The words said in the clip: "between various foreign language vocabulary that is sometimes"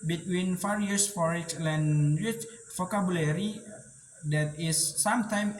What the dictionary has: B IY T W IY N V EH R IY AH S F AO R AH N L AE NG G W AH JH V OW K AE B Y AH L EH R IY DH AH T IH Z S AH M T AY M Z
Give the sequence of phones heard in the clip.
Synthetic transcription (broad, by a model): B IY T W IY N F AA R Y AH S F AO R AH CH L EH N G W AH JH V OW K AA B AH L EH R IY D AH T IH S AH M T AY M